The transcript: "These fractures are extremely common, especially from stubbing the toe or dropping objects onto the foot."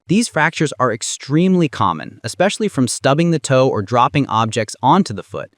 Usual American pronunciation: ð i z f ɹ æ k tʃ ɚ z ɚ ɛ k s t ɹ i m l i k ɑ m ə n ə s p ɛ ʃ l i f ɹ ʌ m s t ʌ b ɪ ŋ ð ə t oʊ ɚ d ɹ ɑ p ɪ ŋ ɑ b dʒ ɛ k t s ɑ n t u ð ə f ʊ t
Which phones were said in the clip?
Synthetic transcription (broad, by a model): ð i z f ɹ æ k tʃ ɚ z ɚ ɛ k s t ɹ i m l i k ɑ m ə n ə s p ɛ ʃ l i f ɹ ʌ m s t ʌ b ɪ ŋ ð ə t oʊ ɚ d ɹ ɑ p ɪ ŋ ɑ b dʒ ɛ k t s ɑ n t u ð ə f ʊ t